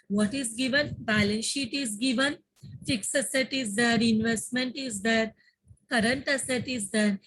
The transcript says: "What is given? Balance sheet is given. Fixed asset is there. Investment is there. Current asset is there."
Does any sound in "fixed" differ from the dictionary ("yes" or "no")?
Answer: yes